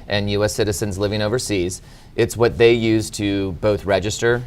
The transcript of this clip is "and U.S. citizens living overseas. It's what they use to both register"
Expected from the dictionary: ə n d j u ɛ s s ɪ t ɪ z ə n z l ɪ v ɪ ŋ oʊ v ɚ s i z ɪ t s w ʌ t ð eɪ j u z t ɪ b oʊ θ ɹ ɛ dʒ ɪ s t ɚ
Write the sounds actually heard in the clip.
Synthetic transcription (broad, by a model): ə n j u ɛ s s ɪ t ɪ z ə n z l ɪ v ɪ ŋ oʊ v ɚ s i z ɪ t s w ʌ t ð eɪ j u z t ɪ b oʊ θ ɹ ɛ dʒ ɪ s t ɚ